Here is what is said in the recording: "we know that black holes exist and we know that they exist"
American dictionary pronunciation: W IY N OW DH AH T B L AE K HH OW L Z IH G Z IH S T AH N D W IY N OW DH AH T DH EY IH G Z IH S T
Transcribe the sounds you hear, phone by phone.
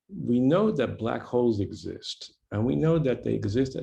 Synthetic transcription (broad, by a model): W IY N OW DH AH T B L AE K HH OW L Z IH G Z IH S T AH N W IY N OW DH AH T DH EY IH G Z IH S T